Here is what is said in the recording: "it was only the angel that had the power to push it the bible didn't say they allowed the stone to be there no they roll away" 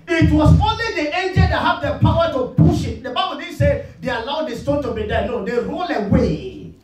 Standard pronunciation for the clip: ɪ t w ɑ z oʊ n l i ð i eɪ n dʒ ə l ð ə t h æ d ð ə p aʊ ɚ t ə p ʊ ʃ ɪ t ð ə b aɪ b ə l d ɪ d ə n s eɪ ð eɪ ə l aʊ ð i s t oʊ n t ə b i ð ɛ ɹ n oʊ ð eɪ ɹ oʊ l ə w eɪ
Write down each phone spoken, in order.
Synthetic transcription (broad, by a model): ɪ t w ɑ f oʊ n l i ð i eɪ n dʒ ə l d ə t h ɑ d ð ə p aʊ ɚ t ə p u ʃ ɪ t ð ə b aɪ b ə l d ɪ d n s eɪ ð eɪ ə l aʊ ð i s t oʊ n t ə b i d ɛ n oʊ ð eɪ ɹ oʊ l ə w eɪ